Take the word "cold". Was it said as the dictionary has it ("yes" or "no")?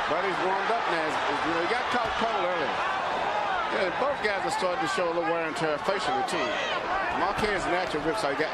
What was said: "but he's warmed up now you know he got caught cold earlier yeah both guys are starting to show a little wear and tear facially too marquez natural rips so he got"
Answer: no